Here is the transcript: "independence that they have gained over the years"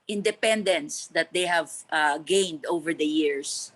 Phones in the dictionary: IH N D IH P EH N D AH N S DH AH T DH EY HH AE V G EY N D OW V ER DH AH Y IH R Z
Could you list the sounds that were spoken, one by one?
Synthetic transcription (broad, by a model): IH N D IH P EH N D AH N S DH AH T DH EY HH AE V G EY N D OW V ER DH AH Y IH R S